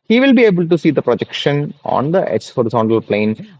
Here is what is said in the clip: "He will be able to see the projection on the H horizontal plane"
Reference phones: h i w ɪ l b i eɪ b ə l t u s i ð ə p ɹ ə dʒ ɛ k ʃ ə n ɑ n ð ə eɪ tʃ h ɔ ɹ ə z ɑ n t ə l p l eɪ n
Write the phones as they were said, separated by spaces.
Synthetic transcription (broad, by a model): h i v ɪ l b i eɪ b ə l t u s i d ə p ɹ ə dʒ ɛ k ʃ ə n ɑ n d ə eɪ s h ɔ ɹ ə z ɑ n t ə l p l eɪ n